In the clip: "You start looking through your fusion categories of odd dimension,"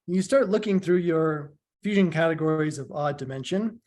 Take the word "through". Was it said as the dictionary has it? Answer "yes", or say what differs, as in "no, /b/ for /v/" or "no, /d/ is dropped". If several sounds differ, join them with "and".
yes